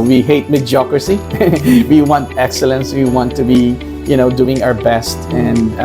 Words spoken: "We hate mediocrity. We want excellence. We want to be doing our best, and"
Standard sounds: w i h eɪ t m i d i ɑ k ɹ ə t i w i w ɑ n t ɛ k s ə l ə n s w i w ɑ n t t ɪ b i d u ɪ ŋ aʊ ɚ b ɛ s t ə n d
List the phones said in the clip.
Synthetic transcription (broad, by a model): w i h eɪ t m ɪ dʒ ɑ k ɹ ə s i w i w ɑ n t ɛ k s ə l ə n s w i w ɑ n t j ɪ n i d u ɪ ŋ aʊ ɚ b ɛ s t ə n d